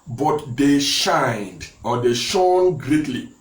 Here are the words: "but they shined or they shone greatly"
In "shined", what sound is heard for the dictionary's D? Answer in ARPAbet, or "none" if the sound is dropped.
D